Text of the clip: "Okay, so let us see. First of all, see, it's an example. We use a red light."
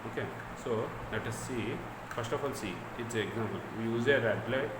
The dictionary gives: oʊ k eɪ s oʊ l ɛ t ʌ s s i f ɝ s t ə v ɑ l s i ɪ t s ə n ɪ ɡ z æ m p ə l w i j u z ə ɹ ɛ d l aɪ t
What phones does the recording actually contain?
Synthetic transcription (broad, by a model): oʊ k eɪ s oʊ n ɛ t ʌ s s i f ɝ s t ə f ɑ l s i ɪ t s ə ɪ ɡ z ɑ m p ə l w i j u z ə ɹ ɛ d l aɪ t